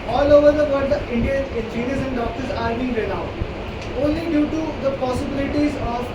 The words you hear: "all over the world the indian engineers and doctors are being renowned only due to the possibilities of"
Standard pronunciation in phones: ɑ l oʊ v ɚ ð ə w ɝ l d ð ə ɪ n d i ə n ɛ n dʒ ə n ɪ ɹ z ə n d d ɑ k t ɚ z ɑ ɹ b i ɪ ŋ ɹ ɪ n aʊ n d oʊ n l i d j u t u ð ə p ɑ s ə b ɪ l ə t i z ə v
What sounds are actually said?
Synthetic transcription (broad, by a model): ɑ l oʊ v ɚ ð ə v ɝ d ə ɪ n d i ə n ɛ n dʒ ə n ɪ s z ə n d d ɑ k t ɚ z ɑ ɹ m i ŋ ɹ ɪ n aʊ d oʊ n l i d j u t u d ə p ɑ s ə b ɪ l ə t i z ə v